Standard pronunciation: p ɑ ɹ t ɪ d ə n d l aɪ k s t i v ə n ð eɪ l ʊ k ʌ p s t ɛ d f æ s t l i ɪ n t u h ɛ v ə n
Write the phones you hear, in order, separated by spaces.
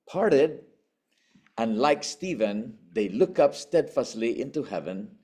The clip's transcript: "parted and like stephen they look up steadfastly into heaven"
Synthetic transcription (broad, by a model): p ɑ ɹ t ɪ d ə n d l aɪ k s t i v ə n ð eɪ l ʊ k ʌ p s t ɛ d f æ s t l i ɪ n t u h ɛ v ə n